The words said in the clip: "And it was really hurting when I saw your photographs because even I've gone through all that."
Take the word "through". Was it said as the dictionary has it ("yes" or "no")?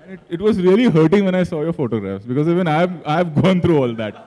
no